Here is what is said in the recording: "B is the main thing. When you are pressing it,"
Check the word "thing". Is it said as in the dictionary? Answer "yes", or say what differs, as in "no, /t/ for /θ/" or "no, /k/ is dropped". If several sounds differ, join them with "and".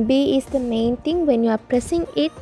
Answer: no, /t/ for /θ/